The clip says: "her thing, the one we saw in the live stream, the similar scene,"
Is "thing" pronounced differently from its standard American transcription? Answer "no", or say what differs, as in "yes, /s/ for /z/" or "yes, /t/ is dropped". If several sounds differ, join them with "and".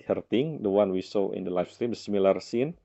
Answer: yes, /t/ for /θ/